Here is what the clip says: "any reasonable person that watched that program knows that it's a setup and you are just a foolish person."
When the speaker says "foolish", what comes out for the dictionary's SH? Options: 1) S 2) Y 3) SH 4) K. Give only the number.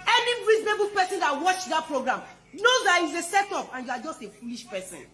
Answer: 3